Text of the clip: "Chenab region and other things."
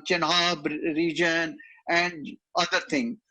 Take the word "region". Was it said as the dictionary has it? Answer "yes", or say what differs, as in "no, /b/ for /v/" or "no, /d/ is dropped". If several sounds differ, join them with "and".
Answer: yes